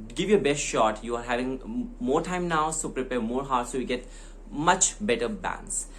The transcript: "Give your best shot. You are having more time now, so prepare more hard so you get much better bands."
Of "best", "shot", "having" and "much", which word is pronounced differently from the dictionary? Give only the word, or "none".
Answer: none